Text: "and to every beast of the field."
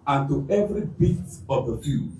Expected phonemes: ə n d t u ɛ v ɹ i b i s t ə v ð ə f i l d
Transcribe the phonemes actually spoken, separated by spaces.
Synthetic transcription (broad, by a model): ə n t u ɛ v ɹ i b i t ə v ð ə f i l